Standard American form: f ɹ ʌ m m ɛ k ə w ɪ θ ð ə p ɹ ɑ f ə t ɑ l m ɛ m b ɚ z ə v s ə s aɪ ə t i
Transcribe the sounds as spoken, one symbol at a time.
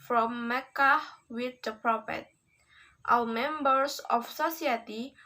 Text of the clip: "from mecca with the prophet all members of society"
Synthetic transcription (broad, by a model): f ɹ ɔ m m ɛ k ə w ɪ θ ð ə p ɹ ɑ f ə t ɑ w m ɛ m b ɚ s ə f s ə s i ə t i